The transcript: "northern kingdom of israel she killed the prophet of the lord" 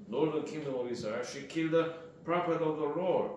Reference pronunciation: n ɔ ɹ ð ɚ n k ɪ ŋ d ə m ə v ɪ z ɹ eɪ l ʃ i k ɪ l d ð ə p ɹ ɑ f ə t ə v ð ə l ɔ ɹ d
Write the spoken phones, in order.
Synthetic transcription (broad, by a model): n ɔ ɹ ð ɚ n k ɪ ŋ d ə m ə v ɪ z ɑ ʃ i k ɪ l d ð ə p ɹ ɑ p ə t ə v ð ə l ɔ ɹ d